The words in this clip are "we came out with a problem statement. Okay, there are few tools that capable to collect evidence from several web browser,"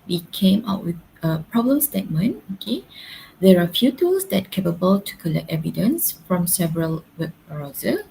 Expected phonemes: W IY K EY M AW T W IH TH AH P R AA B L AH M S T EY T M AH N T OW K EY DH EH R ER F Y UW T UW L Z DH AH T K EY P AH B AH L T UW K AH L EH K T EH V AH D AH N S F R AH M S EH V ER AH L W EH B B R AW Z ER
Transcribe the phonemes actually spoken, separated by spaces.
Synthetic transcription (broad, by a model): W IY K EY M AW T W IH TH AH P R AA B L AH M S T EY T M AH N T OW K EY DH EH R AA F Y UW T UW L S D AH T K EY P AH B AH L T UW K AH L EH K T EH V AH D AH N S F R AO M S EH V ER AH L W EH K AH R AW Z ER